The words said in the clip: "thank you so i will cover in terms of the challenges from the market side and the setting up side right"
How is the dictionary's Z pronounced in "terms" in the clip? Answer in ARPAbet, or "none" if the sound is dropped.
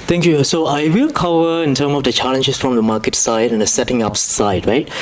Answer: none